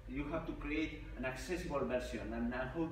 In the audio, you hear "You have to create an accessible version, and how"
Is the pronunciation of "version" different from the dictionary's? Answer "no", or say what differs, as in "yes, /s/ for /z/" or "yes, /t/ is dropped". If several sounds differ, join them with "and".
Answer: yes, /s/ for /ʒ/